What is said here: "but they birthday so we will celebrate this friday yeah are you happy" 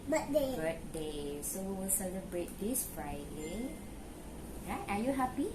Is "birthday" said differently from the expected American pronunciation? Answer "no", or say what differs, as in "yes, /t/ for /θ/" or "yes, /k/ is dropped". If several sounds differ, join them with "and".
yes, /t/ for /θ/